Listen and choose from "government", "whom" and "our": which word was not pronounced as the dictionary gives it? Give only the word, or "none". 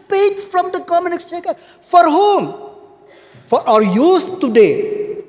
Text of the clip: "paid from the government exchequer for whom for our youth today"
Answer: government